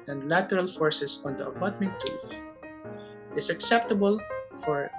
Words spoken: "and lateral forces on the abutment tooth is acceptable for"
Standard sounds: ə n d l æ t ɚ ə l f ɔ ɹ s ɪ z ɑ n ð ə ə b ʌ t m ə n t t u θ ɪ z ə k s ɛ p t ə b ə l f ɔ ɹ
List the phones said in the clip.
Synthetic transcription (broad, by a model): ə n d l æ t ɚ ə l f ɔ ɹ s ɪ s ɑ n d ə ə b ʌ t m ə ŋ t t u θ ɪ s ə k s ɛ p t ə b ə l f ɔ ɹ